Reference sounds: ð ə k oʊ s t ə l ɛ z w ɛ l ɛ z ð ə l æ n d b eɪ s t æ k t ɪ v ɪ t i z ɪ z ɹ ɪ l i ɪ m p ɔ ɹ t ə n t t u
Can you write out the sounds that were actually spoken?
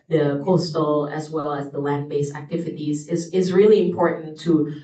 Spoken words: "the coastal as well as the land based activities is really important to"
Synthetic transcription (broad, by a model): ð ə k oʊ s t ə l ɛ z w ɛ l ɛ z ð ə l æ n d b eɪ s æ k t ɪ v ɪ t i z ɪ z ɹ ɪ l i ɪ m p ɔ ɹ t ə n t t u